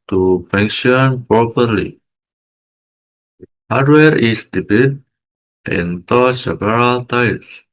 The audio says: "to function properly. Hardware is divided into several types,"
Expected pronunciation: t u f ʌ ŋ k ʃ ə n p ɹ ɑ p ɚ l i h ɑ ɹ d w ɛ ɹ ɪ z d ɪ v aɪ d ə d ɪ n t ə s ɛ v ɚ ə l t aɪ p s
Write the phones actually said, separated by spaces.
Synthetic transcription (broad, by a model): t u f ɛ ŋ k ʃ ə n p ɹ ɑ p ɚ l i h ɑ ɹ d w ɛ ɹ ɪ s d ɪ b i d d ɪ n t ə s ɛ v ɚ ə l t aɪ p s